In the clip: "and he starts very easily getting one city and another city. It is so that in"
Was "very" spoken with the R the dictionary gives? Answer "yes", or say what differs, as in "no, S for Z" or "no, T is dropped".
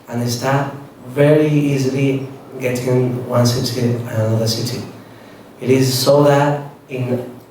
yes